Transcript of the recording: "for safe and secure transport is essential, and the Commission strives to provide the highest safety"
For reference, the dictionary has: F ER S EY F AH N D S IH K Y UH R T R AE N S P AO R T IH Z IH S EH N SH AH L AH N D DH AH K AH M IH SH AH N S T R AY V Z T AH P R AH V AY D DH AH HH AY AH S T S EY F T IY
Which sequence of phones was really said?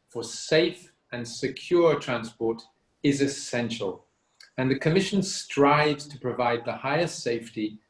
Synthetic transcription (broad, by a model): F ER S EY F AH N S IH K Y UH R T R AE N S P AO R T IH Z IH S EH N SH AH L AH N DH AH K AH M IH SH AH N S T R AY V Z T AH P R AH V AY D DH AH HH AY AH S T S EY F T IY